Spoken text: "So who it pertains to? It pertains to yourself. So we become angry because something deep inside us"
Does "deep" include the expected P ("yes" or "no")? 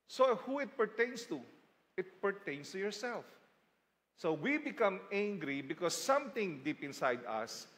yes